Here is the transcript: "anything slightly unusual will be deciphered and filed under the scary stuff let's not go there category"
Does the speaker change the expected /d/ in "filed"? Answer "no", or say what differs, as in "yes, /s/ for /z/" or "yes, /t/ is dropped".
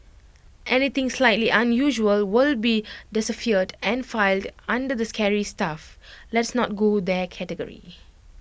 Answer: no